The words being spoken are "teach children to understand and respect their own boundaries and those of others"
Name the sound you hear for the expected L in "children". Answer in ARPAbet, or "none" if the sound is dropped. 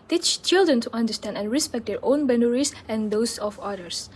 L